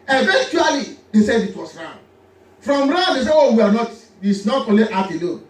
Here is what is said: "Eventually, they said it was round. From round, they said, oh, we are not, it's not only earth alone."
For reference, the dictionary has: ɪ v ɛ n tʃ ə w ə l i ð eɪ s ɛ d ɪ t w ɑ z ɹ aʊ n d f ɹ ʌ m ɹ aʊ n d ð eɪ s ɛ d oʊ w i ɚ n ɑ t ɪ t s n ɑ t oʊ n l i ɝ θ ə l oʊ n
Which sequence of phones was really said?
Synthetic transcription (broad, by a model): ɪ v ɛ n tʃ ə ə l i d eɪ s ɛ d ɪ t w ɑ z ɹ aʊ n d f ɹ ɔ m ɹ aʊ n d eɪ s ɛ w oʊ w i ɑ n ɑ t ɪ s n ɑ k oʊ l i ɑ f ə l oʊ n